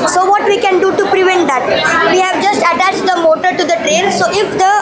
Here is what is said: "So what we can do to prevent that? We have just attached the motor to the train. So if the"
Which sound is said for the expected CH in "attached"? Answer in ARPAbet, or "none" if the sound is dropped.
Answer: CH